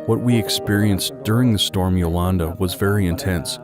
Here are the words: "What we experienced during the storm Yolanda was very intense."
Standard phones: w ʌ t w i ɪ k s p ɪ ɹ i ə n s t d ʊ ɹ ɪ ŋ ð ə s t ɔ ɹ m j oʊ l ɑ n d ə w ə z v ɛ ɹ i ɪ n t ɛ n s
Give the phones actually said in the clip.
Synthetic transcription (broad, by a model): w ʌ t w i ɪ k s p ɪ ɹ i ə n s d ʊ ɹ ɪ ŋ ð ə s t ɔ ɹ m j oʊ l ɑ n d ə w ə z v ɛ ɹ i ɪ n t ɛ n s